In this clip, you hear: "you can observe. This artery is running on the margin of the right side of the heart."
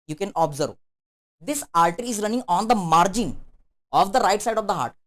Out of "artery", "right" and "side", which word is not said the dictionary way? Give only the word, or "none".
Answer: artery